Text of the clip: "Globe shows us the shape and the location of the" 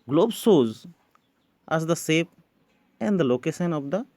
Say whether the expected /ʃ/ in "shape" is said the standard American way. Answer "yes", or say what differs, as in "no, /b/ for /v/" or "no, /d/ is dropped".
no, /s/ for /ʃ/